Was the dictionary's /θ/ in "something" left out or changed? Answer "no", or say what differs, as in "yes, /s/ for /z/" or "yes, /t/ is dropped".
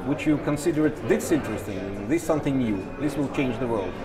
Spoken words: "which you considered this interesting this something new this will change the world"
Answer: no